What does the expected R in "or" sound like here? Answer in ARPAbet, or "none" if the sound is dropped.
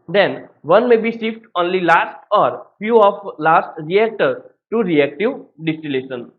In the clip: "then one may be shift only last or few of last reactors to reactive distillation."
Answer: R